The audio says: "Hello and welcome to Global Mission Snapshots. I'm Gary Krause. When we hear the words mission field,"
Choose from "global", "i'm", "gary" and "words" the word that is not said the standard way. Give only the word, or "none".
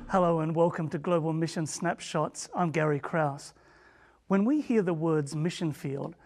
none